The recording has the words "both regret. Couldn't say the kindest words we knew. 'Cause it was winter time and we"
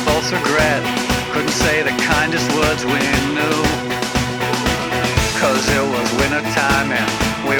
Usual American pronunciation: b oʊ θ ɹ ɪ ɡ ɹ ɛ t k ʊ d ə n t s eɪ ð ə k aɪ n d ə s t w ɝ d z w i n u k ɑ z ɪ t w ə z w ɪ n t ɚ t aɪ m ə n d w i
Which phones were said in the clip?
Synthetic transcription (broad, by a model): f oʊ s ɹ ɪ ɡ ɹ ɛ t k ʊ d n t s eɪ ð ə k aɪ n d ə s t w ɝ d z w i n u k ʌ z ɪ t w ə z w ɪ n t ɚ t aɪ m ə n w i